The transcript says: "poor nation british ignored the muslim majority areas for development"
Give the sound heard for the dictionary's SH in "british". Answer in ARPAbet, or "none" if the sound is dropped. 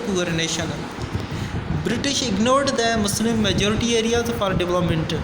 SH